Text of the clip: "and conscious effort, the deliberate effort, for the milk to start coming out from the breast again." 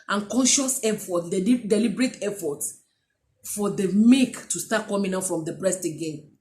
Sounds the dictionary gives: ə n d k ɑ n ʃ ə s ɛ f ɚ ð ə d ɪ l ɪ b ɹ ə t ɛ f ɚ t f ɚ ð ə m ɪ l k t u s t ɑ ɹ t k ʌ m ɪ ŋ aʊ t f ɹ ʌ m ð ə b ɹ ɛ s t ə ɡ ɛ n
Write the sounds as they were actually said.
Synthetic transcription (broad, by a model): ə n k ɑ n ʃ ə s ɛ f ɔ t d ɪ l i b ɹ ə t ɛ f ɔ t f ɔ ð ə m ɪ k t u s t ɑ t k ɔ m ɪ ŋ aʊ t f ɹ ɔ m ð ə b ɹ ɛ s t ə ɡ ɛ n